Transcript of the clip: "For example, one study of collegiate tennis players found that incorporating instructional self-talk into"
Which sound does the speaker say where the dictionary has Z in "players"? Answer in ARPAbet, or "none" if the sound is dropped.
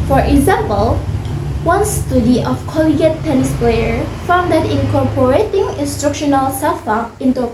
none